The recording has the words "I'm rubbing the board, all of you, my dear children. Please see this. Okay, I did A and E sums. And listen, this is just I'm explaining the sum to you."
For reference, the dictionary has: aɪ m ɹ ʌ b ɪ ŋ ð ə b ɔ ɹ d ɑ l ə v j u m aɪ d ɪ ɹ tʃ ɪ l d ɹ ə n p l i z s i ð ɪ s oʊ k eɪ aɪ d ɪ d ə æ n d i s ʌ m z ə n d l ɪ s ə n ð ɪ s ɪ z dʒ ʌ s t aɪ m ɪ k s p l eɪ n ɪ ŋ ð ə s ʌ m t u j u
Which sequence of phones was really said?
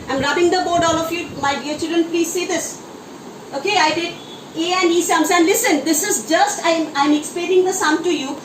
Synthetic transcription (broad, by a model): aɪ m ɹ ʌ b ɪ ŋ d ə b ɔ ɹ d ɑ l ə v j u m aɪ d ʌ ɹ tʃ ɪ l d ɹ ə n p l i z s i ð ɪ s oʊ k eɪ aɪ d ɪ d ə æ n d i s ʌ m s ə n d l ɪ s ə n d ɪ s ɪ z dʒ ʌ s t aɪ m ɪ k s p eɪ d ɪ ŋ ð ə s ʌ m t u j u